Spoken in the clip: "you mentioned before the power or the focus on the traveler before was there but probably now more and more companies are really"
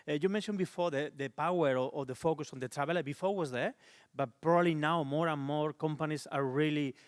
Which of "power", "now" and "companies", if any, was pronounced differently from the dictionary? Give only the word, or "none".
companies